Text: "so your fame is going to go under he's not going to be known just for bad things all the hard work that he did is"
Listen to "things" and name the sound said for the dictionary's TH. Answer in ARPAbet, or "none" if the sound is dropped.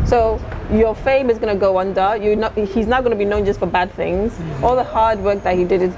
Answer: TH